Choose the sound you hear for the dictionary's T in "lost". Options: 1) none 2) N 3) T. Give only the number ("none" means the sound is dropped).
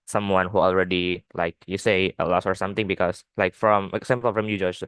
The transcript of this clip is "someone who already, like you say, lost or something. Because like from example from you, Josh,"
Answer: 1